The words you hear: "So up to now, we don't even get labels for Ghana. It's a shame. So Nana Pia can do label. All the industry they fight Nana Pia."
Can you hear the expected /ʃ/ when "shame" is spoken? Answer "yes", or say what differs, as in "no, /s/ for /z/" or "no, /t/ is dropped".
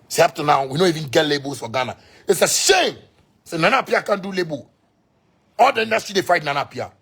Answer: no, /s/ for /ʃ/